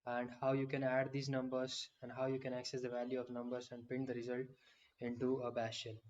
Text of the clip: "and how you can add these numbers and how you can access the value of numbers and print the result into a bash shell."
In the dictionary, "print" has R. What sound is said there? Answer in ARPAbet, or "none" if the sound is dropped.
none